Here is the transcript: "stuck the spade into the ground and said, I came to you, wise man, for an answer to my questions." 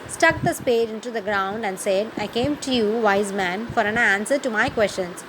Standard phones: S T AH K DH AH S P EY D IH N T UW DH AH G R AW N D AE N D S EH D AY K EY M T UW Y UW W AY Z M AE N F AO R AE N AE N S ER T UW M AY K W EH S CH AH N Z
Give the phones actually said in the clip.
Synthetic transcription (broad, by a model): S T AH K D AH S P EY D IH N T UW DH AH G R AW N D AE N D S EH D AY K EY M T UW Y UW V AY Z M AE N F AO R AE N AE N S ER T UW M AY K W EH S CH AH N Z